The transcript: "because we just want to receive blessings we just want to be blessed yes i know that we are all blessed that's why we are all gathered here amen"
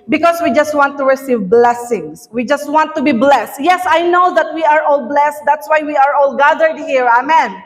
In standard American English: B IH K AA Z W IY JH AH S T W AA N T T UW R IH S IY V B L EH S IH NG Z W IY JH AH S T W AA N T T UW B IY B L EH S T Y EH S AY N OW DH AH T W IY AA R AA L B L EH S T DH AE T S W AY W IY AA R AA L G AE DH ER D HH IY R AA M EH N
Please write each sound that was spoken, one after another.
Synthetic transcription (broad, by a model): B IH K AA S W IY JH AH S T W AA N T T UW R IH S IY V B L EH S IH NG S W IY JH AH S T W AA N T T UW B IY B L EH S T Y EH S AY N OW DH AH T W IY AA R AA L B L EH S T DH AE T S W AY W IY AA R AA L G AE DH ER D HH IY R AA M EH N